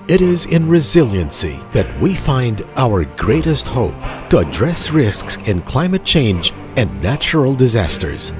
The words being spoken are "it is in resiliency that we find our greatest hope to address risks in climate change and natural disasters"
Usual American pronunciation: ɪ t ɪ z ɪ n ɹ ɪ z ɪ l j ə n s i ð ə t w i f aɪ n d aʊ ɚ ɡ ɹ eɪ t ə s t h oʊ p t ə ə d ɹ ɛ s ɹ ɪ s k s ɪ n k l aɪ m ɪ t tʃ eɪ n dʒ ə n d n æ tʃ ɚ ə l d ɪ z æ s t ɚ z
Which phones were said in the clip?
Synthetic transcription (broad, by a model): ɪ t ɪ z ɪ n ɹ ɪ z ɪ l j ə n s i ð ə t w i f aɪ n d aʊ ɚ ɡ ɹ eɪ t ə s t h oʊ p t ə ə d ɹ ɛ s ɹ ɪ s k s ɪ n k l aɪ m ɪ t tʃ eɪ n dʒ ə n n æ tʃ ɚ l d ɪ z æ s t ɚ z